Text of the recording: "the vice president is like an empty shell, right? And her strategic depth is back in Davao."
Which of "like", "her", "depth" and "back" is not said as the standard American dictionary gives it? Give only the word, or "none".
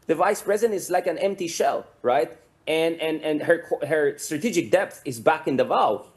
none